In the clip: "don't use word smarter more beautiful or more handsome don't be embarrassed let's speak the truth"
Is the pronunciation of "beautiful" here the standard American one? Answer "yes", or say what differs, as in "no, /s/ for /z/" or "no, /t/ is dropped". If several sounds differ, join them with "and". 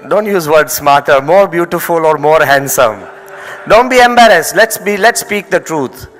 yes